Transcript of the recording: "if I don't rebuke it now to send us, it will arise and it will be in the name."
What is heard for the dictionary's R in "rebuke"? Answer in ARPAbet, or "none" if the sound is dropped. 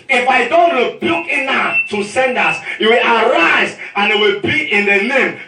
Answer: R